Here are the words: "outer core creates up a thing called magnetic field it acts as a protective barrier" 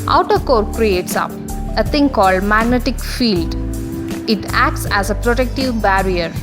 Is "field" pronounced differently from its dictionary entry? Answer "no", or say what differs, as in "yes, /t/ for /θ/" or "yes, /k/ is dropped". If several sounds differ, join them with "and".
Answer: no